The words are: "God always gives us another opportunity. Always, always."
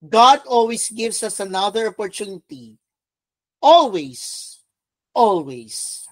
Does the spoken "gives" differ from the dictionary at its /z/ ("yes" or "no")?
yes